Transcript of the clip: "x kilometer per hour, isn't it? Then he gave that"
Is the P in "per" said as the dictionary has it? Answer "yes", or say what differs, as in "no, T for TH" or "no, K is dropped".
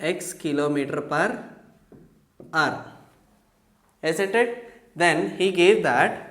yes